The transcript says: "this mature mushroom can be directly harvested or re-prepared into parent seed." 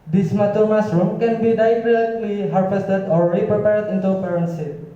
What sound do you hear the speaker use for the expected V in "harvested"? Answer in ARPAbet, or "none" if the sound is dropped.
F